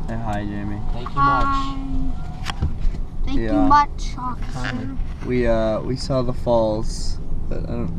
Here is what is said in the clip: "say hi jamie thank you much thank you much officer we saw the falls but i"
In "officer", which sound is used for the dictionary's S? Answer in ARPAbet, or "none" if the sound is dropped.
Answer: none